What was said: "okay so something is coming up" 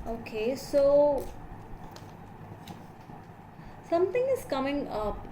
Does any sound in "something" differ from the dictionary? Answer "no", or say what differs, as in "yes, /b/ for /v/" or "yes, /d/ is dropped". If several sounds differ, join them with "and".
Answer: yes, /t/ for /θ/